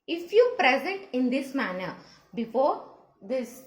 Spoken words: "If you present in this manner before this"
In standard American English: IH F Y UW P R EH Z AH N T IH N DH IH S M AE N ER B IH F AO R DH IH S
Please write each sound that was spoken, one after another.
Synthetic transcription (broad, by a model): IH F Y UW P R EH Z AH N T IH N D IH S M AE N ER B IH F AO R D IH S